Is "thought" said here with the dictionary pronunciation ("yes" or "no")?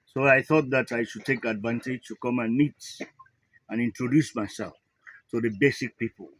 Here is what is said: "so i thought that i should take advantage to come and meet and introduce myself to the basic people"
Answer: yes